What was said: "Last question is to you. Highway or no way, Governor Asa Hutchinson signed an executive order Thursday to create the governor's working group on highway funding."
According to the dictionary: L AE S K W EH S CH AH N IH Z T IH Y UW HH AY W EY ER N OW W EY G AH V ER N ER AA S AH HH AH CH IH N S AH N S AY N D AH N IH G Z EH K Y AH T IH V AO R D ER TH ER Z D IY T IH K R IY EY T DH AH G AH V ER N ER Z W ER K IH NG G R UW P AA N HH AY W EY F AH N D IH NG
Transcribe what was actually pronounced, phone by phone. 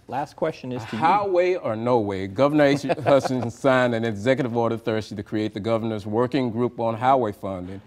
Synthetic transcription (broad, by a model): L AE S K W EH S CH AH N IH Z T IH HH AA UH W EY ER N OW W EY G AH V ER N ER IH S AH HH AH S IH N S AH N S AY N AH N IH G Z EH K Y AH T IH V AO R D ER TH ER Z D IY T IH K R IY EY T DH AH G AH V ER N ER Z W ER K IH NG G R UW P N HH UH W EY F AH N D IH NG